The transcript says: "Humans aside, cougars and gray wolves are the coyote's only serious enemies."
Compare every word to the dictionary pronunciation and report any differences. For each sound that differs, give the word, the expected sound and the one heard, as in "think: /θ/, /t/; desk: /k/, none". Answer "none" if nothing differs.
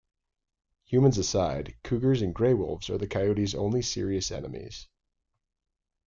none